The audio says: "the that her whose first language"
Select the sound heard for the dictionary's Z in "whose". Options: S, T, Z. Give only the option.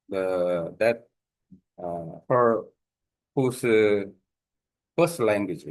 S